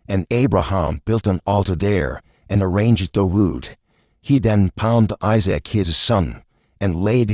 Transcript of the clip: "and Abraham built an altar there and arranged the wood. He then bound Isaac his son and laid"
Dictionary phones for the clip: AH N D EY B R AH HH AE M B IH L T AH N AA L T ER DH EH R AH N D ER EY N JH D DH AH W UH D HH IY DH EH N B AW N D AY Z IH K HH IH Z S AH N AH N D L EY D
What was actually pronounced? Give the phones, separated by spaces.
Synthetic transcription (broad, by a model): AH N EY B R AH HH AE M B IH L T AH N AA L T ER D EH R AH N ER EY N JH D DH AH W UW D HH IY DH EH N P AW N D AY Z IH K HH IH Z S AH N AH N L EY D